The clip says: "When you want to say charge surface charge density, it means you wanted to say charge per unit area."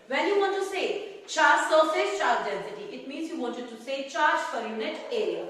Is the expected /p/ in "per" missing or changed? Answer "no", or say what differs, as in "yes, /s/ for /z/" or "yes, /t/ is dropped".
yes, /f/ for /p/